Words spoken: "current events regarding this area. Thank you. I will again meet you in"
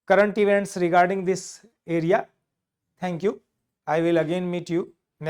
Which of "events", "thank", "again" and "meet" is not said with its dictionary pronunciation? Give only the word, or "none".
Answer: thank